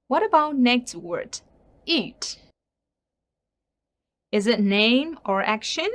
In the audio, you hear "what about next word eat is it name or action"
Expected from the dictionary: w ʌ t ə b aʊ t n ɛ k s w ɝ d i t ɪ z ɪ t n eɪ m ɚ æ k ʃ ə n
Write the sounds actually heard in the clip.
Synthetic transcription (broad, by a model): w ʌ t ə b aʊ t n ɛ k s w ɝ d i t ɪ z ɪ t n eɪ m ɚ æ k ʃ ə n